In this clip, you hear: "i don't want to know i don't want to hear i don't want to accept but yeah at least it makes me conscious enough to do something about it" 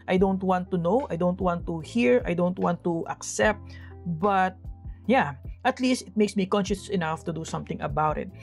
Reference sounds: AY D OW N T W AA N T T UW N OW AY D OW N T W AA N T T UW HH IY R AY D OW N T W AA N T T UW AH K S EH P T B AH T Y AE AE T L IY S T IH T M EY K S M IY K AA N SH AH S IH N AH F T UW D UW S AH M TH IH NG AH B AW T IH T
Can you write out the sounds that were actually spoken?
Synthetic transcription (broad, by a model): AY D OW N T W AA N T T UW N OW AY D OW N T W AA N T T UW HH IY R AY D OW N T W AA N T T UW AH K S EH P T B AH T Y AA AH T L IY S T IH T M EY K S M IY K AA N SH AH S IH N AH F T UW D UW S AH M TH IH NG AH B AW T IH T